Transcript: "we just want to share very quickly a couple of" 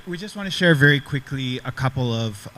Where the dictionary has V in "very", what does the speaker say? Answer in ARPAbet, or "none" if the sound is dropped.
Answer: V